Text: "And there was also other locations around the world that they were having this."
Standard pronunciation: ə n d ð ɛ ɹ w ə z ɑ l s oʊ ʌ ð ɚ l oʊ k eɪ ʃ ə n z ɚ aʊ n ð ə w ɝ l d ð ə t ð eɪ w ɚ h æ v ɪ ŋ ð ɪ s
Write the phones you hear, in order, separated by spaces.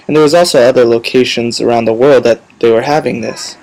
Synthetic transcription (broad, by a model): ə n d ð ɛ ɹ w ə z ɑ l s oʊ ʌ ð ɚ l oʊ k eɪ ʃ ə n z ɚ aʊ n ð ə w ɝ l d ð ə t ð eɪ w ɚ h æ v ɪ ŋ ð ɪ s